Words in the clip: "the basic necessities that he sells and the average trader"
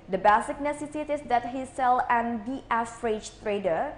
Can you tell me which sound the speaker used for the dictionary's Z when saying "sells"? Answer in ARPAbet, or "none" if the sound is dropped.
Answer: none